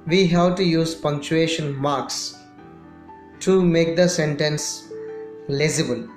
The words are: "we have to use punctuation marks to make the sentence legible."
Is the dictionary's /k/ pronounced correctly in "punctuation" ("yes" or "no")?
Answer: yes